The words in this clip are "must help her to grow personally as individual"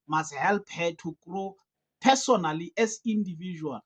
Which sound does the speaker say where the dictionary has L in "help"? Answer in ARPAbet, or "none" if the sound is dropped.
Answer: L